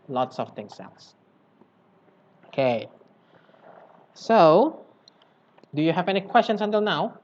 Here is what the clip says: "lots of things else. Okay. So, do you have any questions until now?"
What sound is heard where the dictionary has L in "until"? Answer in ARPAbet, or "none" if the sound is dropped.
L